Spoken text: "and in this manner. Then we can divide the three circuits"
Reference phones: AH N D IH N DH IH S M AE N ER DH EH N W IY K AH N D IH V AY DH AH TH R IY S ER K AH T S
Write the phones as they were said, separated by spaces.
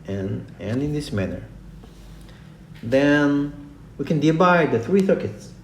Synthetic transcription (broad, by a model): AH N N IH N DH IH S M AE N ER DH EH N W IY K AH N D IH B AY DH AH TH R IY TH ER K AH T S